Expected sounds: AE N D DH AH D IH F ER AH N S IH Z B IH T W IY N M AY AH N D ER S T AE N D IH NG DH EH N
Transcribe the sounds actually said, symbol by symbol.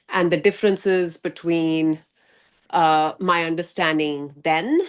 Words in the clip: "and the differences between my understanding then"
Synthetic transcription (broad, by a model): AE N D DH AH D IH F ER AH N S IH Z B IH T W IY N M AY AH N D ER S T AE N D IH NG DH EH N